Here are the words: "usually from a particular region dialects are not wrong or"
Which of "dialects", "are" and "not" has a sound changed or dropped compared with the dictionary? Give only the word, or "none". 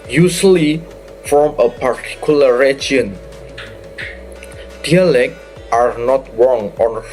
dialects